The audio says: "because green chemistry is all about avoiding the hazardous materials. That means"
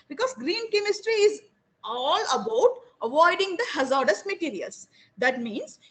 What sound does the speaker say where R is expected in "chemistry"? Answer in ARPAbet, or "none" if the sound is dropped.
R